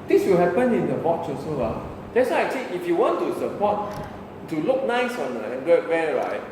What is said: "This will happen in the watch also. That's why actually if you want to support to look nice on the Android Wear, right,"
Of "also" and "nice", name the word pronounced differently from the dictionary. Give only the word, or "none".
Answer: also